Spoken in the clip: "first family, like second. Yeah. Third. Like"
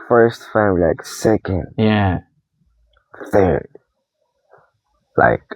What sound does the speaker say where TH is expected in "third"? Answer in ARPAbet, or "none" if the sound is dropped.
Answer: TH